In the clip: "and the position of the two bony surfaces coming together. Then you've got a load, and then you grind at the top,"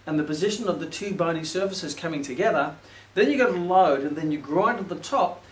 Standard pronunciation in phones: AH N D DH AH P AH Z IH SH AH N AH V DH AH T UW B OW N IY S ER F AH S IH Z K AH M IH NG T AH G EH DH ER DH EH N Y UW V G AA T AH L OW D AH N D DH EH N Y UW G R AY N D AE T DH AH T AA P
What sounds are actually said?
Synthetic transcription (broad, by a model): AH N DH AH P AH Z IH SH AH N AH V DH AH T UW B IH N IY S ER F AH S IH Z K AH M IH NG T AH G EH DH ER DH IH N Y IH G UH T AH L OW D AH N DH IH N Y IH G R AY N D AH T DH AH T AA P